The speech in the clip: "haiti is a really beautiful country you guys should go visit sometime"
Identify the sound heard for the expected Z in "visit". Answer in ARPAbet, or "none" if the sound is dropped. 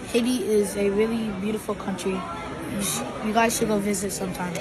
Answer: Z